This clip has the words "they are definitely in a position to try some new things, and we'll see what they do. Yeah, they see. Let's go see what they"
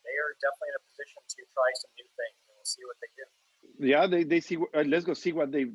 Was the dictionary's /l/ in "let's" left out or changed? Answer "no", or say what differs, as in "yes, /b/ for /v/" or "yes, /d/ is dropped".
yes, /w/ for /l/